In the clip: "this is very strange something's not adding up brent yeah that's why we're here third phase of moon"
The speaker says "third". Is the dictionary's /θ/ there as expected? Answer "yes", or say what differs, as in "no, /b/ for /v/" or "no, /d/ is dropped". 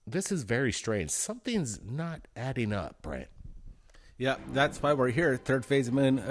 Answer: yes